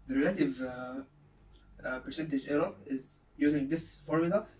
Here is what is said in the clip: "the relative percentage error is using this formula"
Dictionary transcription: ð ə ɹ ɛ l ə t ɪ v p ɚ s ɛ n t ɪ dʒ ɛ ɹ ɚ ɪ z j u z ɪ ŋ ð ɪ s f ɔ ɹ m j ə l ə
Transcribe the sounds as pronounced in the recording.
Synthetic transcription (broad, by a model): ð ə ɹ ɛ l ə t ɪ v p ɚ s ɛ n t ɪ dʒ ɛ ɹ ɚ ɪ z j u z ɪ ŋ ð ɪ s f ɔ ɹ m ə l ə